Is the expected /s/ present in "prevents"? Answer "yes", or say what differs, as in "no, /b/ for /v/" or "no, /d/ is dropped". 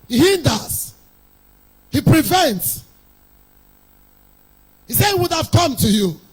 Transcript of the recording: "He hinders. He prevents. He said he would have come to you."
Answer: yes